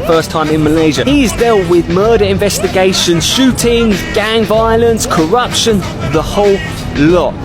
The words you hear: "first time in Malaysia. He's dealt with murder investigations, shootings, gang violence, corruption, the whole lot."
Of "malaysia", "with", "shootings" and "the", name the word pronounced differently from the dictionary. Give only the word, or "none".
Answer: none